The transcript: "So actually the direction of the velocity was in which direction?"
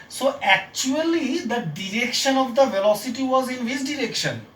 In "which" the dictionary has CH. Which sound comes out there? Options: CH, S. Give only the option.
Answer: S